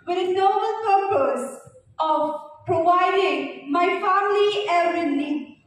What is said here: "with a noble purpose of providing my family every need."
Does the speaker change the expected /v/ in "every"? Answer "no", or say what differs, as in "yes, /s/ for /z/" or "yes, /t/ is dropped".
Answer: yes, /v/ is dropped